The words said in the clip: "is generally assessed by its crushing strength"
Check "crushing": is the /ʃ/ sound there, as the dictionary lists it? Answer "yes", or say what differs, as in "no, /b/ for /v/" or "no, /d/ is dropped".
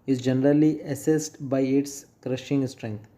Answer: yes